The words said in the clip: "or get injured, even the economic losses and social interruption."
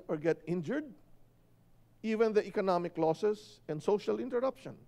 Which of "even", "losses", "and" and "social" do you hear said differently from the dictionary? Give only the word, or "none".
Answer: losses